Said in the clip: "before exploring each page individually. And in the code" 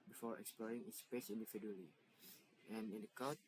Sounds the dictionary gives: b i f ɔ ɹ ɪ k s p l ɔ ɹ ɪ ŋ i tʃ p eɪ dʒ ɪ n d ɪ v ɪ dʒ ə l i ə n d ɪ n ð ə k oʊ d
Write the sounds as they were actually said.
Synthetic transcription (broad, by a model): b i f ɔ ɹ ɪ k s p l ɔ ɹ ɪ ŋ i s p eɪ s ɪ n d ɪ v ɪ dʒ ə l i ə n ɪ n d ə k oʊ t